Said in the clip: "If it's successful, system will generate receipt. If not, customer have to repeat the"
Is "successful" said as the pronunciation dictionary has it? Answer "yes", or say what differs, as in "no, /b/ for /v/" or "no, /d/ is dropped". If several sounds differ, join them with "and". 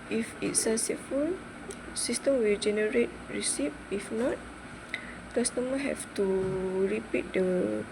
no, /k/ is dropped and /s/ is dropped